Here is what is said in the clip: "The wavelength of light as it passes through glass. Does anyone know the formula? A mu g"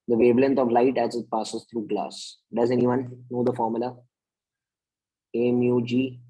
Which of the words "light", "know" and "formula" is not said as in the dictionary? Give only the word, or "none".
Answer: none